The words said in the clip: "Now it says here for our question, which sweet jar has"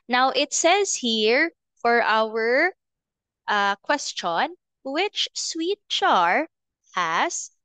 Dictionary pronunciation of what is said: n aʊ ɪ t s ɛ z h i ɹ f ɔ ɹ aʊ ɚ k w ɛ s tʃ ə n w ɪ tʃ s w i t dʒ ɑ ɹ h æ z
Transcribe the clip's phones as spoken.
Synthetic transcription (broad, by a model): n aʊ ɪ t s ɛ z h i ɹ f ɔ ɹ aʊ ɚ k w ɛ s tʃ ə n w ɪ tʃ s w i t tʃ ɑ ɹ h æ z